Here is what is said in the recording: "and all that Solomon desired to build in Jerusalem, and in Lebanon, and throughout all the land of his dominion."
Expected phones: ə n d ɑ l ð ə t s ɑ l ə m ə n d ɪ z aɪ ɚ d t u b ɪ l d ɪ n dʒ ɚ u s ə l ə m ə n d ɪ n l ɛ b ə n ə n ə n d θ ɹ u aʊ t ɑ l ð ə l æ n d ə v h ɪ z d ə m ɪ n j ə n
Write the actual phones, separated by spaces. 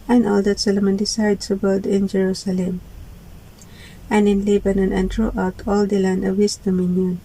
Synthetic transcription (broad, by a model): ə n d ɑ l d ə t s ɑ l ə m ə n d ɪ s aɪ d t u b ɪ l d ɪ n dʒ ɚ u s ə l ə m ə n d ɪ n l ɛ b ə n ə n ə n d ɹ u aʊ t ɑ l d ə l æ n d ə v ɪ s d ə m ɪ n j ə n